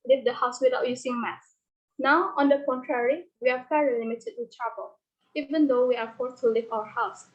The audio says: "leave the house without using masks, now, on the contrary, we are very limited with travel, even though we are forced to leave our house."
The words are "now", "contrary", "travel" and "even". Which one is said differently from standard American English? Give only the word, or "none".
travel